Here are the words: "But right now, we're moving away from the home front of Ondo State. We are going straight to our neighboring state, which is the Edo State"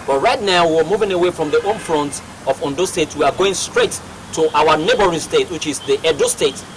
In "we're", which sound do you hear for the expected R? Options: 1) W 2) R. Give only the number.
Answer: 1